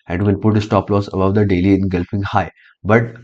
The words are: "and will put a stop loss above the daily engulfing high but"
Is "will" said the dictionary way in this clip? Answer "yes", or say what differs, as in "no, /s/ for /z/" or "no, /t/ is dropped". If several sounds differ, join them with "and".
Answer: no, /n/ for /l/